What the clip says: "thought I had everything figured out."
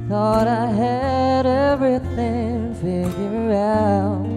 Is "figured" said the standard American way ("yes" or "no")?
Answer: no